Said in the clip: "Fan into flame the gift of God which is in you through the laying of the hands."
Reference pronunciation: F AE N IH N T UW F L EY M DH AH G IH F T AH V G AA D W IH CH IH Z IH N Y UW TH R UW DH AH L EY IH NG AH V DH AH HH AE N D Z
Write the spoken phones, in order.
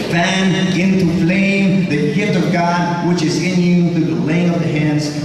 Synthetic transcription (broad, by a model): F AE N IH N T UW F L EY M DH AH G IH T AH V G AA D W IH CH IH Z IH N Y UW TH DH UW DH AH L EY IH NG AH V DH AH HH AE N D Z